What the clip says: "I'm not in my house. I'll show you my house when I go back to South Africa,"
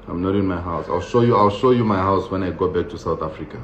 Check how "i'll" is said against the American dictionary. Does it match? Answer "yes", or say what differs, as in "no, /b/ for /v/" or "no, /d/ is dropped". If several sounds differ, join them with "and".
yes